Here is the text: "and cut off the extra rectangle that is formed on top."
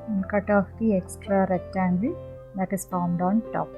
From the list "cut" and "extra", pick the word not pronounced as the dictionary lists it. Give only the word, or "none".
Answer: none